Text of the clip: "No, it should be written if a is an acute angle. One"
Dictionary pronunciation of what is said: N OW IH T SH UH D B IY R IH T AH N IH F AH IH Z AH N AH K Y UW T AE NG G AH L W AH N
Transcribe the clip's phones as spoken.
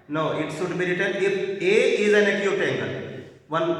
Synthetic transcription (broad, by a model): N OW IH T S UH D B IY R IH T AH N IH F AH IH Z AH N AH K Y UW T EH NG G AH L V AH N